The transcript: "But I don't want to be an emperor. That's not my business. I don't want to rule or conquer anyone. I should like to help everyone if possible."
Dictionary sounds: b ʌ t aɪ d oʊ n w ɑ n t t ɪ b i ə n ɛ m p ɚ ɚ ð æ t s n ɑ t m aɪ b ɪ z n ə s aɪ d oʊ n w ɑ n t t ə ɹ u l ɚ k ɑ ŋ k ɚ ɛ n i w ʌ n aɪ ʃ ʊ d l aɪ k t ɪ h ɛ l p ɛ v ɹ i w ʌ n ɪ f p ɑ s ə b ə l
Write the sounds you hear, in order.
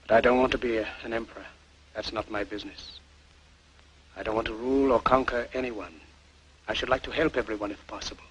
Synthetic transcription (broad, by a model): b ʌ t aɪ d oʊ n w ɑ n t t ɪ b i ə n ɛ m p ɚ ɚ ð æ t s n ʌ t m aɪ b ɪ z n ə s aɪ d oʊ n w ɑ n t t ə ɹ u l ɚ k ɑ ŋ k ɚ ɛ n i w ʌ n aɪ ʃ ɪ d l aɪ k t ɪ h ɛ l p ɛ v ɹ i w ʌ n ɪ f p ɑ s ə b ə l